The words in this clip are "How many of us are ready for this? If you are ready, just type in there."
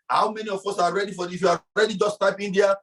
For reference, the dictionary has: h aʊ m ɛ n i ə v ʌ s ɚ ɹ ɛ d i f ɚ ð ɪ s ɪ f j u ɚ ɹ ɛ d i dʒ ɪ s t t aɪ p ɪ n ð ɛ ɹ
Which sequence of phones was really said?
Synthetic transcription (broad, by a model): h aʊ m ɛ n i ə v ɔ s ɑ ɹ ɛ d i f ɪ ɪ f j u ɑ ɹ ɛ d i dʒ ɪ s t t aɪ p ɪ n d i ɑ